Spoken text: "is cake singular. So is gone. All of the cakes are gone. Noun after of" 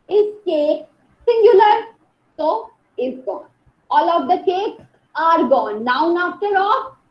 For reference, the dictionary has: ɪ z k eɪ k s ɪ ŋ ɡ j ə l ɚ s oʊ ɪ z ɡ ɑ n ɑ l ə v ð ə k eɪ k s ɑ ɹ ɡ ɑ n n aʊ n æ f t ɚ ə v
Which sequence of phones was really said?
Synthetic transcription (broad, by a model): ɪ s k eɪ k s ɪ ŋ ɡ j ə l ɚ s oʊ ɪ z ɡ ɑ n ɑ l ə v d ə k eɪ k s ɑ ɹ ɡ ɑ n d aʊ n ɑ f t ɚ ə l